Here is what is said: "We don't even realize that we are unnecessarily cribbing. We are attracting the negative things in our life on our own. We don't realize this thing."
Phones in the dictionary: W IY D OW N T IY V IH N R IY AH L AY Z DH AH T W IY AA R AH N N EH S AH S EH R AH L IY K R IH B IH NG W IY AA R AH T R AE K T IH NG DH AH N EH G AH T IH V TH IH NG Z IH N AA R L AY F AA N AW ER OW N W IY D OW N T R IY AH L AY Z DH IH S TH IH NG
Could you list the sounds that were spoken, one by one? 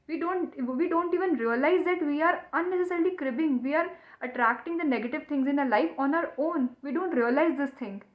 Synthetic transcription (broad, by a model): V IY D OW N T IY V IH N R IY AH L AY Z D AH T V IY AA R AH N N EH S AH S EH R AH L IY K R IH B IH NG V IY AA R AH T R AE K T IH NG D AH N EH G AH T IH V T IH NG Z IH N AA L AY F AA N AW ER OW N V IY D OW N T R IY AH L AY Z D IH S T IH NG